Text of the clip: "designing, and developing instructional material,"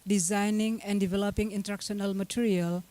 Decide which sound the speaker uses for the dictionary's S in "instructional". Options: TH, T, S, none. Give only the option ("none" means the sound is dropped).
none